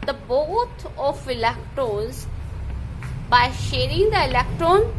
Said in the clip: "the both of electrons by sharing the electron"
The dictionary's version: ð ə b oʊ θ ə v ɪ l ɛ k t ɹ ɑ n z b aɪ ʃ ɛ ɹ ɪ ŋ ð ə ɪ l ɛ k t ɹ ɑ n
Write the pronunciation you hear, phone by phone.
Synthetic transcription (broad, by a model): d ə b oʊ t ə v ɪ l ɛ k t ɹ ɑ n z b aɪ ʃ ɛ ɹ ɪ ŋ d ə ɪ l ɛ k t ɹ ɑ n